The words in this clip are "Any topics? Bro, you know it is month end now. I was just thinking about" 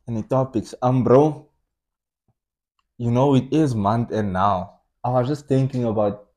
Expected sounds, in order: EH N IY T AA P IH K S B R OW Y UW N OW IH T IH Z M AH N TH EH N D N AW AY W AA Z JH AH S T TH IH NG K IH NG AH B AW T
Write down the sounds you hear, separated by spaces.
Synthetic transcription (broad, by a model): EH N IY T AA P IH K S B R OW Y UW N OW IH T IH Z M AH N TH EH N N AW AY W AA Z JH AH S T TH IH NG K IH NG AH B AW T